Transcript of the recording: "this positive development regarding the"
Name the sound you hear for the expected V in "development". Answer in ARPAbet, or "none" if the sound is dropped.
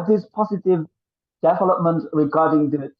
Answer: V